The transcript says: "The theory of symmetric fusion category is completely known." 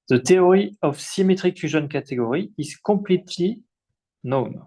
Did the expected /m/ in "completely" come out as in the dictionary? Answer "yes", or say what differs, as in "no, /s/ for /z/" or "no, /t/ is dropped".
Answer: no, /m/ is dropped